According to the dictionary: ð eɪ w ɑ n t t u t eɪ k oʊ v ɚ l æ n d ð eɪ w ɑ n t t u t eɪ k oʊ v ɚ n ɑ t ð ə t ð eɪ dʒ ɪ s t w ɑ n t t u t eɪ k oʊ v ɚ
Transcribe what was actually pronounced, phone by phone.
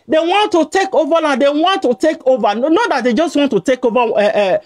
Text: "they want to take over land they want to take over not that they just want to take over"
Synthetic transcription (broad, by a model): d eɪ w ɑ n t t u t eɪ k oʊ v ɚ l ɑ d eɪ w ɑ n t t u t eɪ k oʊ v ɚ n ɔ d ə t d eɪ dʒ ɪ s t w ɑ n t t u t eɪ k oʊ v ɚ